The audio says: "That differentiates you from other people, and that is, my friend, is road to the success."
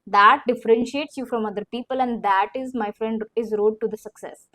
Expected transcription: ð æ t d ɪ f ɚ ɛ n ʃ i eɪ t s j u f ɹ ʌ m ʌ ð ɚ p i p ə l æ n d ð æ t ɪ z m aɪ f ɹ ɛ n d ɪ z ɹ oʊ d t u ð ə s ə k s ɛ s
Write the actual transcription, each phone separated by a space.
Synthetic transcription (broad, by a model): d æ t d ɪ f ɚ ɛ n ʃ i eɪ t s j u f ɹ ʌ m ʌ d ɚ p i p ə l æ n d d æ t ɪ z m aɪ f ɹ ɛ n d ɪ z ɹ oʊ d t u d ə s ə k s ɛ s